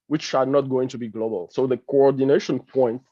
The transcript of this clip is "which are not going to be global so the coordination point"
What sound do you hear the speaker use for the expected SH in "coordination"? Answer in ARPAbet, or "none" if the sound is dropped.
SH